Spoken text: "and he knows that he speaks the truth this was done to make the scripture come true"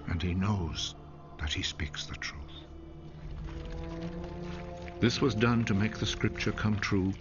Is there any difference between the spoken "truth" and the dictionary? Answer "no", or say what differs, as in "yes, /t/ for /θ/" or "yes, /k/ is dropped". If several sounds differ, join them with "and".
no